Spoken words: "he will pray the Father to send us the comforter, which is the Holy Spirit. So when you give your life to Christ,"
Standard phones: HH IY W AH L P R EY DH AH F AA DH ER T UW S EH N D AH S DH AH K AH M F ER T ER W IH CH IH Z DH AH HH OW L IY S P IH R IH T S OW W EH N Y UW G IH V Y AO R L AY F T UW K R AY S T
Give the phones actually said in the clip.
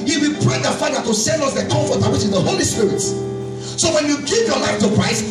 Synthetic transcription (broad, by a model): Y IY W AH P R EY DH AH F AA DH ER T UW S EH N D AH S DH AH K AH M F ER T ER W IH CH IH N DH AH HH OW L IY S P IH R IH T S OW W EH N Y UW G IH V Y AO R L AY F T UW K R AY S T